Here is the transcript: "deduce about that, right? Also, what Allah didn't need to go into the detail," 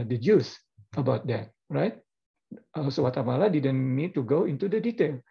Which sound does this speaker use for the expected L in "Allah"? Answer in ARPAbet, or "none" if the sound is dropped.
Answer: L